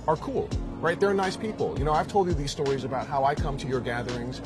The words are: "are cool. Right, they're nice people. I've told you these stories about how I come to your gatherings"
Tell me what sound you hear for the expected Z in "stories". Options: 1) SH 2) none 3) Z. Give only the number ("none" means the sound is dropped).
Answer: 3